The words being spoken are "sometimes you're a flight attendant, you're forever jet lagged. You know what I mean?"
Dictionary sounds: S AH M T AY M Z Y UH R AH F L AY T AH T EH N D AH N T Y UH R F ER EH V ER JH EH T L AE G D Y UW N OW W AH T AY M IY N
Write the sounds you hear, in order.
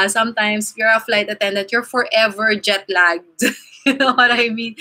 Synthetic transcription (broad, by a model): S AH M T AY M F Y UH R AH F L AY T AH T EH N D AH N T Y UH R F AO EH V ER JH EH T L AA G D Y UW N OW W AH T AY M IY N